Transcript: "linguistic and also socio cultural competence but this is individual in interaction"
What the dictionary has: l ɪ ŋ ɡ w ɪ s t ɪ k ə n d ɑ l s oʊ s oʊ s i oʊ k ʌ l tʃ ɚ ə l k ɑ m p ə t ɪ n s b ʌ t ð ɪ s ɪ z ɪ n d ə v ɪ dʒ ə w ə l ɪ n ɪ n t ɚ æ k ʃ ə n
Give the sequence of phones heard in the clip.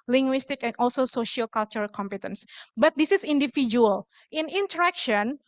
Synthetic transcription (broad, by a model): l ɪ ŋ ɡ w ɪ s t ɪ k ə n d ɑ l s oʊ s oʊ ʃ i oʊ k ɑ l tʃ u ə l k ɑ m p ə t ɪ n s b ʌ t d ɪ s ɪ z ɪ n d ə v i dʒ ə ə l ɪ n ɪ n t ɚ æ k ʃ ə n